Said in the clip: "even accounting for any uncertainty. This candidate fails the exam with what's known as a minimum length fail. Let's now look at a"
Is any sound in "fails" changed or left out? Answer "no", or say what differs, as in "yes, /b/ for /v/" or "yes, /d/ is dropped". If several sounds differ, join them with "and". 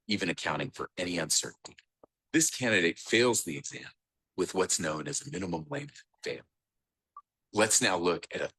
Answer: no